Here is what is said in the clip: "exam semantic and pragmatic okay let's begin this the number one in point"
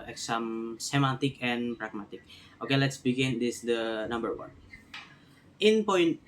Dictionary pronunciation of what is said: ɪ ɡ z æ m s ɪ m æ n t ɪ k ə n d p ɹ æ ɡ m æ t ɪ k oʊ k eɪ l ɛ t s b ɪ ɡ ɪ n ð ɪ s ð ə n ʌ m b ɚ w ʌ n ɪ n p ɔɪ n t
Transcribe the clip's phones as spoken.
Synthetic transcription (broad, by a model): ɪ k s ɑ m s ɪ m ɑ t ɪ k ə n p ɹ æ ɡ m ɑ t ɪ k oʊ k eɪ l ɛ t s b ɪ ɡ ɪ n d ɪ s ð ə n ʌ m b ɚ w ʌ n ɪ n p ɔɪ n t